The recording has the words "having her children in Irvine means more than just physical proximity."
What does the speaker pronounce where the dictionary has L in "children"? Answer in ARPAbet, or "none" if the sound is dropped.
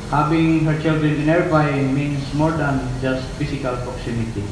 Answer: L